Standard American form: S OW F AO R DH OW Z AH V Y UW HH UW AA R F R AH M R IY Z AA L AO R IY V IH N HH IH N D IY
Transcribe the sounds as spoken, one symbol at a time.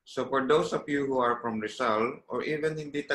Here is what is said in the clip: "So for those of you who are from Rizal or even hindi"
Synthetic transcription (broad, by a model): S OW F AO R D OW S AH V Y UW HH UW AA R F R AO M R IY S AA L AO R IY V IH N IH N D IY